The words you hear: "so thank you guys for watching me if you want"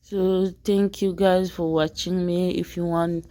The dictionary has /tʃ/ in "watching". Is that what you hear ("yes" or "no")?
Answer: yes